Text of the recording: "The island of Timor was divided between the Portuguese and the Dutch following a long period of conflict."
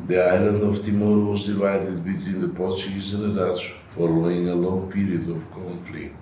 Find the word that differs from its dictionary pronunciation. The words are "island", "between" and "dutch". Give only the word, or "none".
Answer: dutch